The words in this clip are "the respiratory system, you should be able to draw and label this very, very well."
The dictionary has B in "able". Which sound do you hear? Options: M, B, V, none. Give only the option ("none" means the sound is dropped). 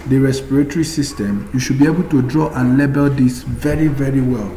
B